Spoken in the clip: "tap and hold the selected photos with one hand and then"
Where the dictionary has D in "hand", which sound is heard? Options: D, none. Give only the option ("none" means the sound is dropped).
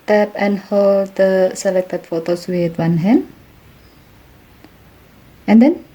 none